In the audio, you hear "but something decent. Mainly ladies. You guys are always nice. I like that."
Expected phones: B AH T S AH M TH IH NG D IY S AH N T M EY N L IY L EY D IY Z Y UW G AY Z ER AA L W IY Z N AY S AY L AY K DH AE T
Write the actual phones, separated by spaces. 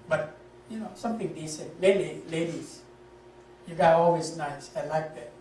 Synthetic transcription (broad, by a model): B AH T S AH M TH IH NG D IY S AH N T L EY L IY L EY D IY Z Y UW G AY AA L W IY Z N AY S AY L AY K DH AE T